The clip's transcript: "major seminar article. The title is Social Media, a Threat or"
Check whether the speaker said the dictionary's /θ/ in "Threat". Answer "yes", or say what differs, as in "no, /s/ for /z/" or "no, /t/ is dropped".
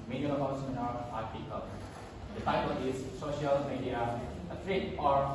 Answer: no, /t/ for /θ/